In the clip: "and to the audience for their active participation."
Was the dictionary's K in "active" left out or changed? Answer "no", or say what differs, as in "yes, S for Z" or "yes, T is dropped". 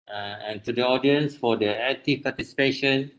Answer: yes, K is dropped